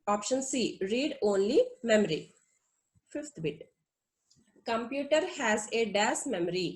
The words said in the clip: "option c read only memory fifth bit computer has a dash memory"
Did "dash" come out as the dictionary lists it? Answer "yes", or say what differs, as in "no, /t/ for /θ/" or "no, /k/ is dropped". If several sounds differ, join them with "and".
no, /s/ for /ʃ/